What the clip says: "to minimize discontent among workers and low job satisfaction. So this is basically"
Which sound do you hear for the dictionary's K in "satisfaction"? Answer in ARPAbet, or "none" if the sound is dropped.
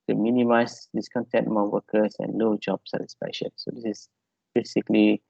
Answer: none